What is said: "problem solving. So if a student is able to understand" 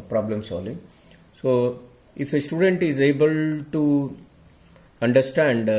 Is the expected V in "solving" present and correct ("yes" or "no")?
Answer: no